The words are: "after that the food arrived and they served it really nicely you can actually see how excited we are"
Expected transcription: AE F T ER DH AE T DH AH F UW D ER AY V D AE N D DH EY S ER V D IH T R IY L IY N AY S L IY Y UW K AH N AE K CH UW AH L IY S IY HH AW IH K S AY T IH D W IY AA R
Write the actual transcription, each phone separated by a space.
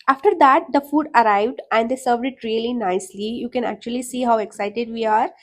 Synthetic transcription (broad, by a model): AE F T ER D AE T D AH F UW D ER AY V D AE N D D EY S ER V D IH T R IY L IY N AY S L IY Y UW K AH N AE K CH UW AH L IY S IY HH AW IH K S AY T IH D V IY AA R